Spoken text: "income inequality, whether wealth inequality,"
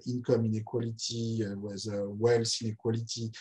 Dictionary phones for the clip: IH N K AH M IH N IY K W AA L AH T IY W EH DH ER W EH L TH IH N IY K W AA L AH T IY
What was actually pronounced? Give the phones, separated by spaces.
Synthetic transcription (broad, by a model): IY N K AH M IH N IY K W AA L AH T IY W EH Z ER W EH L S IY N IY K W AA L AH T IY